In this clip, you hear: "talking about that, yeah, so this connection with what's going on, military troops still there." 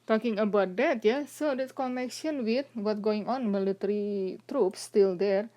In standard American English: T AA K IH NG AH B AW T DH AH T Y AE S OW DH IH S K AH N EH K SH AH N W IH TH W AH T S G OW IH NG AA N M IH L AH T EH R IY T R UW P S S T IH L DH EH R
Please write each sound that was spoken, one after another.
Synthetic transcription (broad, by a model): T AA K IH NG AH B AW T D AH T Y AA S OW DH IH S K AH N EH K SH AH N W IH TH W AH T G OW IH NG AA N M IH L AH T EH R IY T R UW P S S T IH L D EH R